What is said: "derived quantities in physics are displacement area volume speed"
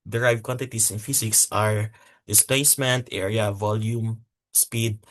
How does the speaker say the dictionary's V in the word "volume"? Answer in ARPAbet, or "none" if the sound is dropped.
V